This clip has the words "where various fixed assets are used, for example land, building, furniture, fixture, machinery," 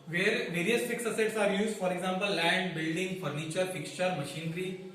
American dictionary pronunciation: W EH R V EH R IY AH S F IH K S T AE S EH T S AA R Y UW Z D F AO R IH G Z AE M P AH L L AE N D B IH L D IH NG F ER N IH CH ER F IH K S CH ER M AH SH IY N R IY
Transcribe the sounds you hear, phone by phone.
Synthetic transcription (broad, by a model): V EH R V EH R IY AH S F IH K S AH S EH T S AA R Y UW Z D F AO R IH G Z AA M P AH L L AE N D B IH L D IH NG F ER N IH CH ER F IH K S CH ER M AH SH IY N R IY